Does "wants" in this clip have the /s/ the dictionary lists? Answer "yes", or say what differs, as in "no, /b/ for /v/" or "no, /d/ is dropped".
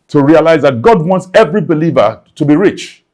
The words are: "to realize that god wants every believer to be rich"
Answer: yes